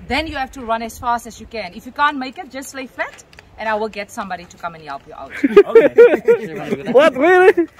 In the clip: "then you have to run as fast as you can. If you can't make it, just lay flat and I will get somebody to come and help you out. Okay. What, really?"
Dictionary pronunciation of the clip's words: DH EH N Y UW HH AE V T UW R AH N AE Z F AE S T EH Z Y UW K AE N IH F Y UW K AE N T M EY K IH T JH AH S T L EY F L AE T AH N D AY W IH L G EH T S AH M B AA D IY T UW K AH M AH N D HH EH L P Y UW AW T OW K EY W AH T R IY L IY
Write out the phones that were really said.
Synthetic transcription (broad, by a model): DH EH N Y UW HH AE F T UW R AH N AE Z F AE S T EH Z Y UW K AE N IH F Y UW K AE N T M EY K IH T JH AH S T L EY F AE T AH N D AY W IH L G EH T S AH M B AA D IY T UW K AH M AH N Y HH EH L P Y UW T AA UH W AH T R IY L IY